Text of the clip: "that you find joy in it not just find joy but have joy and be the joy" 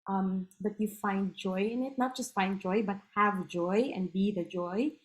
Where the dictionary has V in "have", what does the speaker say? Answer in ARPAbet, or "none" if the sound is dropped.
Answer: V